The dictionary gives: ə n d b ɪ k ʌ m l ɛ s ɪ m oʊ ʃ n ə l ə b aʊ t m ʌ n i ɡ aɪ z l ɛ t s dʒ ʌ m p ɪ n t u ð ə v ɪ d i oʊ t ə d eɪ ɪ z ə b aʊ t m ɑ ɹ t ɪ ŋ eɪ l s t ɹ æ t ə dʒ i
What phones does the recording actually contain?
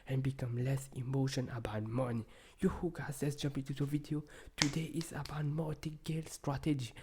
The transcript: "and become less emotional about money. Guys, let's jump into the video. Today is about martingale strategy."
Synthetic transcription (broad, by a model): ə n b ɪ k ʌ m l ɛ s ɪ m oʊ ʃ ə n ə b aʊ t m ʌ n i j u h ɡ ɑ s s dʒ ʌ m p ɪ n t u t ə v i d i oʊ t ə d eɪ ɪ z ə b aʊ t m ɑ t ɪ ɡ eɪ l s t ɹ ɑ t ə dʒ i